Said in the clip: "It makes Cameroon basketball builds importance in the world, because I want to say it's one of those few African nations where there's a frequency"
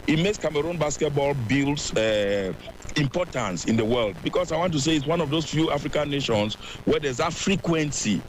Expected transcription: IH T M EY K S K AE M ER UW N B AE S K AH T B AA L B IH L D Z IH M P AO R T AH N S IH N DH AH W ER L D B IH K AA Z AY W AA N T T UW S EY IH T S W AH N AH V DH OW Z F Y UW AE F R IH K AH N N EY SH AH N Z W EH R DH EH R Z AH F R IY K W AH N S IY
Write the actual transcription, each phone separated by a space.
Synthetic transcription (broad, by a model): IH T M EY K S K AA M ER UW N B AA S K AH T B AA L B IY L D S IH M P AO T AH N S IH N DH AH W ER L D B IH K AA S AY W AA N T T UW S EY IH T S W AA N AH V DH OW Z F Y UW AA F R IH K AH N N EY SH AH N S W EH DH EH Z AH F R IY K W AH N S IY